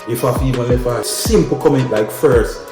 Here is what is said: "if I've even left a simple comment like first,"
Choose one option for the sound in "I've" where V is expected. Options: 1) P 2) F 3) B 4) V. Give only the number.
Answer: 2